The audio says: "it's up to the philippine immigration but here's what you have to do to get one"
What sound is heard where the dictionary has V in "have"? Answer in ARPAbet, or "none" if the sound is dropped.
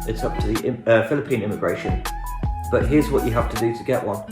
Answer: F